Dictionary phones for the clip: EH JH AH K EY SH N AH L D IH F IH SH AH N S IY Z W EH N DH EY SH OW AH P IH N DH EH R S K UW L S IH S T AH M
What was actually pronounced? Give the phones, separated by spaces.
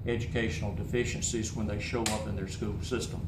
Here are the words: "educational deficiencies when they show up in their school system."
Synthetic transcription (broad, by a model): EH JH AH K EY SH N L D IH F IH SH AH N S IY Z W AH N DH EY SH OW AH P IH N DH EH R S K UW L S IH S T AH M